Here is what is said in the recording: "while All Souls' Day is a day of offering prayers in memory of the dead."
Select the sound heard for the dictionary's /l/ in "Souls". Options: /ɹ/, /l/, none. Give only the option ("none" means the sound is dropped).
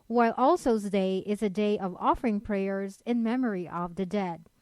none